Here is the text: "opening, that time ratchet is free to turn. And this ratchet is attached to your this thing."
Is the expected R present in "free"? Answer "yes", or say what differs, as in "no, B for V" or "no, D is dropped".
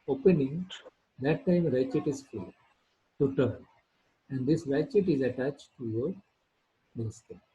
no, R is dropped